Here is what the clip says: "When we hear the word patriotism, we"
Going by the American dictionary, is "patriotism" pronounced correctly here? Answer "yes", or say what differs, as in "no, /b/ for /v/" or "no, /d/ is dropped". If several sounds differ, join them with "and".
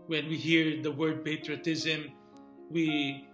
yes